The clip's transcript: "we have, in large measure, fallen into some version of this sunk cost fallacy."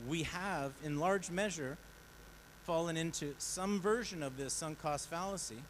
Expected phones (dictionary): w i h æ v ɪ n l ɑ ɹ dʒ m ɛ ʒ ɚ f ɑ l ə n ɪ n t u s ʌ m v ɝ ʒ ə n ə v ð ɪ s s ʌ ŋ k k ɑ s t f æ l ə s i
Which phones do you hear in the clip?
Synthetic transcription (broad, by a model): w i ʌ v ɪ n l ɑ ɹ dʒ m ɛ ʒ ɚ f ɑ l ə n ɪ n t u s ʌ m v ɝ ʒ ə n ə v ð ɪ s s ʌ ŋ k k ɑ s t f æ l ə s i